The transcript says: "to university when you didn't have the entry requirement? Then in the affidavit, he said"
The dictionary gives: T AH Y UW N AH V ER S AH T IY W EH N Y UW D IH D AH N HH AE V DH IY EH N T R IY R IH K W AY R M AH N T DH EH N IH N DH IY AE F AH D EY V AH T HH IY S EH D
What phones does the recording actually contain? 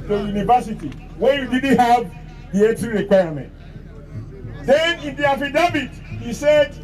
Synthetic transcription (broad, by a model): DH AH Y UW N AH V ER S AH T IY W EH Y UW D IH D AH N HH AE V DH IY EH T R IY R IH K W AY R M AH N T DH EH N IH N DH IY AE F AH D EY B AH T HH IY S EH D